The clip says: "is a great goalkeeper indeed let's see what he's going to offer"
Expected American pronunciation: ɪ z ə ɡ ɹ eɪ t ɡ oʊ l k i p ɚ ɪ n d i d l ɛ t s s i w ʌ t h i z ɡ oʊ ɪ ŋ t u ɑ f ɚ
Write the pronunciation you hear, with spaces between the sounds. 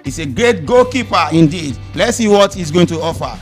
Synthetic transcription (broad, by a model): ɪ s ə ɡ ɹ eɪ t ɡ oʊ k i p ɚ ɪ n d i d l ɛ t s s i w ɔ t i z ɡ oʊ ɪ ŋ t u ɑ f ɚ